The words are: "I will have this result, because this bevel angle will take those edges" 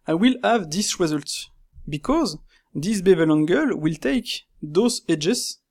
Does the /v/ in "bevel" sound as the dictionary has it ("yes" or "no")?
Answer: yes